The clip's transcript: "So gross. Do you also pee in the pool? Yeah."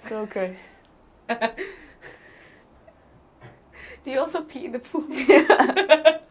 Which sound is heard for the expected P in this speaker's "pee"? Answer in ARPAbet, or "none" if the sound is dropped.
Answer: P